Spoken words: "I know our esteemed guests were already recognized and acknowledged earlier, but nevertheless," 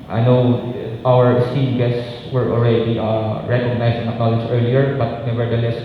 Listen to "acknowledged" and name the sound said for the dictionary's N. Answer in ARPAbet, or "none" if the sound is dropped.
none